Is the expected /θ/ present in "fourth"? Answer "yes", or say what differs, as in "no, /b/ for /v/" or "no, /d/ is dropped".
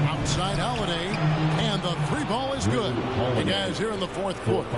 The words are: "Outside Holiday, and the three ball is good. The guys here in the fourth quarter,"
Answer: yes